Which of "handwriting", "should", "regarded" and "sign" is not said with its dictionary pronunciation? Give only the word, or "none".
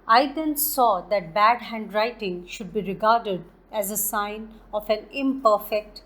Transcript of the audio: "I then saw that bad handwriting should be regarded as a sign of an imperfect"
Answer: none